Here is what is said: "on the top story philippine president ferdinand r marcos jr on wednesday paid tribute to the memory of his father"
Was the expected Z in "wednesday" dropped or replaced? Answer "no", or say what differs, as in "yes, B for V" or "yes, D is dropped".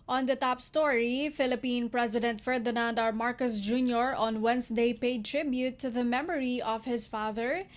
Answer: yes, S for Z